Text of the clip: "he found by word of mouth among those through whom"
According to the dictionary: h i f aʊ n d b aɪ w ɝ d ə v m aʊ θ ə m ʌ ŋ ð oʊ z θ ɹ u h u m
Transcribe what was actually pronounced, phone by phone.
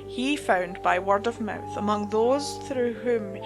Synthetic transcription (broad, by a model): h i f aʊ n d b aɪ w ɝ d ə v m aʊ θ ə m ʌ ŋ ð oʊ z θ ɹ u h u m